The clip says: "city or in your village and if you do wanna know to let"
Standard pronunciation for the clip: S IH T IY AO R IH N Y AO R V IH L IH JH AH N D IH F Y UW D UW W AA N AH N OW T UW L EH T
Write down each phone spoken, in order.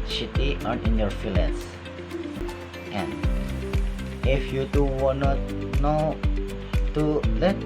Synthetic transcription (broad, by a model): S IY T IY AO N IH N Y AO R F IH L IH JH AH N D IH F Y UW D UW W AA N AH N OW T UW L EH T